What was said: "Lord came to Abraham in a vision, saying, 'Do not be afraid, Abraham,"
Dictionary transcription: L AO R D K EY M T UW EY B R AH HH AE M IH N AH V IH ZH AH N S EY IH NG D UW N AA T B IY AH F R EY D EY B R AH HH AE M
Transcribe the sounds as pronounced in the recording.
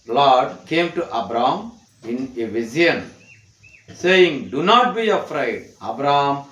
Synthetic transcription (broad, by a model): L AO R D K EY M T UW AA B R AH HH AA M IH N AH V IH Z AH N S EY IH NG D UW N AA T B IY AH F R EY D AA B R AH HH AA M